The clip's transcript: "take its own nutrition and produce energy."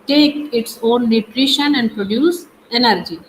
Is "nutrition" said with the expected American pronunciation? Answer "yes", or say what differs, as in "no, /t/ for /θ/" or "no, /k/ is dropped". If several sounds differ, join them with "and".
yes